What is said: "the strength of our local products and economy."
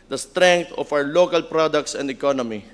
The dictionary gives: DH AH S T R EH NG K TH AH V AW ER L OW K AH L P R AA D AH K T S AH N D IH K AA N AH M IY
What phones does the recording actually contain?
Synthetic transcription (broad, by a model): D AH S T R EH NG K T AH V AW ER L OW K AH L P R AA D AH K T S AH N D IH K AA N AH M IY